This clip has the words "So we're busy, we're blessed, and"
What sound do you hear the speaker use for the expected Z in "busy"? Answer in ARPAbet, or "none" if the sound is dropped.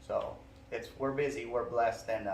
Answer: Z